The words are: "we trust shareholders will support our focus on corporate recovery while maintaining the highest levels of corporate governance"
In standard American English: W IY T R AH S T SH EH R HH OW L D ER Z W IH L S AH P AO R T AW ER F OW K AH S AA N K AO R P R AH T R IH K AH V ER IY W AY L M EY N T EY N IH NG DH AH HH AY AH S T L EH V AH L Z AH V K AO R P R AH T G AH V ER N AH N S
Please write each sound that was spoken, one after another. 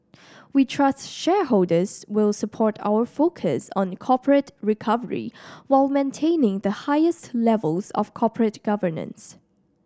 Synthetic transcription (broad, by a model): W IY T R AH S T SH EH R HH OW L D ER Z W IH L S AH P AO R T AW ER F OW K AH S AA N K AO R P R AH T R IH K AH V ER IY W AY L M EY N T EY N IH NG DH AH HH AY AH S T L EH V AH L Z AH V K AO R P R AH T G AH V ER N AH N S